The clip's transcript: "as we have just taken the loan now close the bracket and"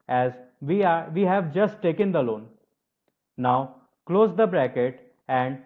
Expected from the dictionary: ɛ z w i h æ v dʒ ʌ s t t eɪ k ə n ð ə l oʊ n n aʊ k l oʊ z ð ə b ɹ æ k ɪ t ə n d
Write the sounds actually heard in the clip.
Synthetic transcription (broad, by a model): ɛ z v i h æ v dʒ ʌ s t t eɪ k ə n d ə l oʊ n n aʊ k l oʊ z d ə b ɹ æ k ɪ t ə n d